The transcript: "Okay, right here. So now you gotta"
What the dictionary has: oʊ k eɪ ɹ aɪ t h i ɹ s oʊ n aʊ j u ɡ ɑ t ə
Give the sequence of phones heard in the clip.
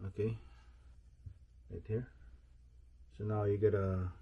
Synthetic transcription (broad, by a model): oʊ k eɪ l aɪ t h i ɹ s oʊ n aʊ j u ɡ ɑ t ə